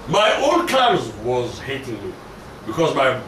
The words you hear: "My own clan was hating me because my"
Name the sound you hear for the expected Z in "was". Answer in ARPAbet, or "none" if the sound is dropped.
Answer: Z